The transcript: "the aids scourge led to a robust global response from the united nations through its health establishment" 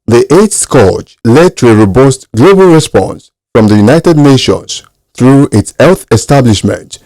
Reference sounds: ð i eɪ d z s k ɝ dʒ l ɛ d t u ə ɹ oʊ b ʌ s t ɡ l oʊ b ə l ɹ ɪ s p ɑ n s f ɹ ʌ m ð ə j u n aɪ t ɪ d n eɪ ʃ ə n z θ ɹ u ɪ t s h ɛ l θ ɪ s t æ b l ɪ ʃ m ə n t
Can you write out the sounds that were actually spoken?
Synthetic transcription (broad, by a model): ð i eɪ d s k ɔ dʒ l ɛ d t u ə ɹ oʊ b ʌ s t ɡ l oʊ b ə l ɹ ɪ s p ɑ n s f ɹ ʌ m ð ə j u n aɪ t ɪ d n eɪ ʃ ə n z θ ɹ u ɪ t s h ɛ l θ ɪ s t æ b l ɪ ʃ m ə n t